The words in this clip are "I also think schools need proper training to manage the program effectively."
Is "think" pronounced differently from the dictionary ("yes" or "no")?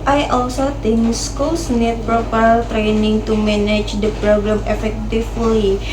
yes